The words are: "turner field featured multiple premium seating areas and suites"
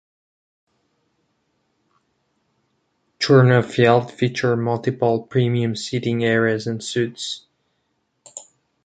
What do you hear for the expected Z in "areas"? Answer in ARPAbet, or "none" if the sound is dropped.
Z